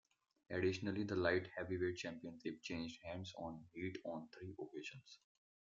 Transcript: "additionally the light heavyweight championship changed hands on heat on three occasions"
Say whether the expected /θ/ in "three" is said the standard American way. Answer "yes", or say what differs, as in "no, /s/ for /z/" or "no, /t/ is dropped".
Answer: no, /t/ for /θ/